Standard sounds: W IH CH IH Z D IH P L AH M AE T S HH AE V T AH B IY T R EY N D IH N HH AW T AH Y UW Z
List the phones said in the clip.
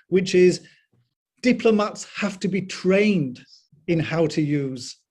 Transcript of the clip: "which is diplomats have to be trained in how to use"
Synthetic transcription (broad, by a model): W IH CH IH Z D IH P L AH M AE T S HH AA F T AH B IY T R EY N D IH N HH AW T AH Y UW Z